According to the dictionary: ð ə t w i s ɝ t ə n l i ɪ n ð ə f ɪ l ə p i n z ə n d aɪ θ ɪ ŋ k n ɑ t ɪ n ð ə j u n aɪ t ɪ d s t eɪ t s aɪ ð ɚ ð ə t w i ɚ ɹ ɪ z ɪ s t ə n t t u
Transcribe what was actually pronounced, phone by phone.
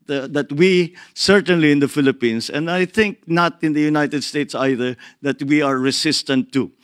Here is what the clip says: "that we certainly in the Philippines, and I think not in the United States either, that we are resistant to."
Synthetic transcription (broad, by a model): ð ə t w i s ɝ t ə n l i ɪ n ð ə f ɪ l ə p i n s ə n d aɪ θ ɪ ŋ k n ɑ t ɪ n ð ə j u n aɪ t ɪ d s t eɪ t s aɪ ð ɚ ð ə t w i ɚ ɹ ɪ s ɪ s t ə n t t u